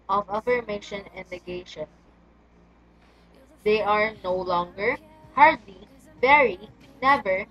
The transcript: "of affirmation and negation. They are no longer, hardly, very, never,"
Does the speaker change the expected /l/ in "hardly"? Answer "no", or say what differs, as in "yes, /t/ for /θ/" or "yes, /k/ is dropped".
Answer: no